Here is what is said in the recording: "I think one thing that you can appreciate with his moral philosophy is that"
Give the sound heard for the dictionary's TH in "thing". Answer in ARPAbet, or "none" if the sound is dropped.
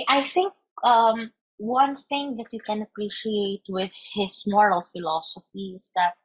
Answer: TH